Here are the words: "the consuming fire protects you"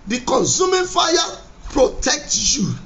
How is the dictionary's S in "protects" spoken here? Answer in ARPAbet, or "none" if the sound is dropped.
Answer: none